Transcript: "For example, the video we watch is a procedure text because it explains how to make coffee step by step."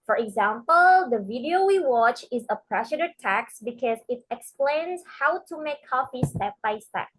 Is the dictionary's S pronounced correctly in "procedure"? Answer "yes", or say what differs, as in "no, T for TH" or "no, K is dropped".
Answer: no, SH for S